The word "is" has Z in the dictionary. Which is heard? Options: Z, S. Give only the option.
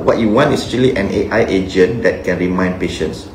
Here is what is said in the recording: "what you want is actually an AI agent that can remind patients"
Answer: S